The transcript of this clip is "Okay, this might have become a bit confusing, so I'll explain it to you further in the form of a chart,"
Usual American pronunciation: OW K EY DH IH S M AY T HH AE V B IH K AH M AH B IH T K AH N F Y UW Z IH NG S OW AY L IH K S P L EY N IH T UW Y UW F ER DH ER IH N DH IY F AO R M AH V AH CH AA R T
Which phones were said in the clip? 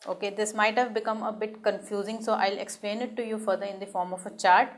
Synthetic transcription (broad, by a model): OW K EY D IH S M AY T HH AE V B IH K AH M AH B IH T K AH N F Y UW Z IH NG S OW AY L IH K S P L EY N IH T UW Y UW F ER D ER IH N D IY F AO R M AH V AH CH AA R T